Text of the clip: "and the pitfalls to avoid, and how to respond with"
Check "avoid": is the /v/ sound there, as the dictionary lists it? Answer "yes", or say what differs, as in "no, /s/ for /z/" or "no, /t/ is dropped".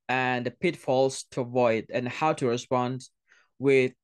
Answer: yes